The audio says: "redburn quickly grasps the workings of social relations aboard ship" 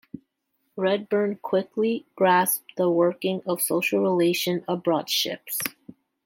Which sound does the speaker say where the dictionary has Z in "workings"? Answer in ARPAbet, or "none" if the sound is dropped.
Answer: none